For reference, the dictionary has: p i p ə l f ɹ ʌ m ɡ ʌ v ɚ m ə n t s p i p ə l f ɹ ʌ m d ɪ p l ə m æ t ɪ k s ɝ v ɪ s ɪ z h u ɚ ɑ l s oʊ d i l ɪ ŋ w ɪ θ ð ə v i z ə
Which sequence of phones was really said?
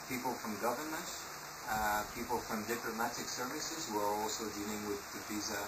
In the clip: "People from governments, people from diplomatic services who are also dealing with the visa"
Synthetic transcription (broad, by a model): p i p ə l f ɹ ʌ m ɡ ʌ v ɚ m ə n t p i p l f ɹ ʌ m d ɪ p l ə m æ t ɪ k s ɝ v ɪ s ɪ z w ɚ ɑ l s oʊ d i l ɪ ŋ w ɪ ð ə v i z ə